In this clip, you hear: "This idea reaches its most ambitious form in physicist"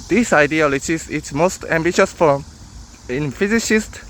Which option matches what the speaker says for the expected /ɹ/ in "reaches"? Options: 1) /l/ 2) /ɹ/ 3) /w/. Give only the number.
1